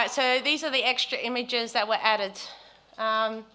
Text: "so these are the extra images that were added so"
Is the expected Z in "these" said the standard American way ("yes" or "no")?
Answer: yes